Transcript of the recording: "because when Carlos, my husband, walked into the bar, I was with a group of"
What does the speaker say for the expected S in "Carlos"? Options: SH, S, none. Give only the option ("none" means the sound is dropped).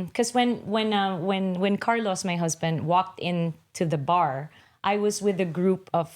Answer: S